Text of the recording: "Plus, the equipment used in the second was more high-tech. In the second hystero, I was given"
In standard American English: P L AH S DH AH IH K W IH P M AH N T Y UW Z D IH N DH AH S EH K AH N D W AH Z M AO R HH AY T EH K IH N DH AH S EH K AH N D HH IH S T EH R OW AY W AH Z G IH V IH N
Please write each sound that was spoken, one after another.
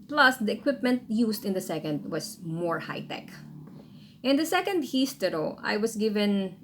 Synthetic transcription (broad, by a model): P L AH S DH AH IH K W IH P M AH N T Y UW S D IH N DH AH S EH K AH N D W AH S M AO R HH AY T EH K IH N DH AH S EH K AH N D HH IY S T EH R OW AY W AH S G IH V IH N